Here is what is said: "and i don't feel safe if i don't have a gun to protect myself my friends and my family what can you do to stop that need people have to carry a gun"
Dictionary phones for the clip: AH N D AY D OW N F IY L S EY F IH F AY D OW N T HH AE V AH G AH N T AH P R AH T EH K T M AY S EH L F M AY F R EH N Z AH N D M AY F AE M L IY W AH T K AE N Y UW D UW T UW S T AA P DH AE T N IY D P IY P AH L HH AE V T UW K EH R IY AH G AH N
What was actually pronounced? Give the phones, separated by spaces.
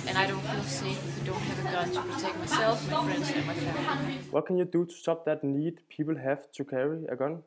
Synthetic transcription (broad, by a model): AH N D AY D OW N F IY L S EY IH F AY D OW N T HH AE V AH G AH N T AH P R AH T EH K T M AY S EH L F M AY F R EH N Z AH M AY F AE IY W AH T K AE N Y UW D UW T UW S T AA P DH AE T N IY D P IY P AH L HH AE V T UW K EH R IY AH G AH N